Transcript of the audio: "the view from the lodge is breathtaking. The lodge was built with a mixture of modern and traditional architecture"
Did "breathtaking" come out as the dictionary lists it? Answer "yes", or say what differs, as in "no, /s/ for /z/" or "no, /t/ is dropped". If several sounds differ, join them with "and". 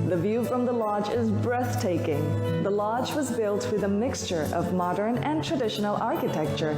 yes